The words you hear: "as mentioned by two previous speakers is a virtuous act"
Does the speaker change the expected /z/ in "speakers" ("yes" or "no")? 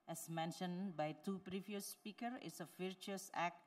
yes